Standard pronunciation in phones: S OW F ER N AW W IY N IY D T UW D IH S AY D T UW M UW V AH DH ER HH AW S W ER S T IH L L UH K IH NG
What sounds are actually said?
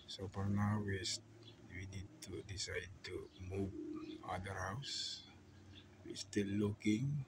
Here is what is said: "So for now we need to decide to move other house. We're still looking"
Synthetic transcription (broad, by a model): S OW P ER N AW W IY N IY D T UW D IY S AY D T UW M UW V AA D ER HH AW S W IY S T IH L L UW K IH NG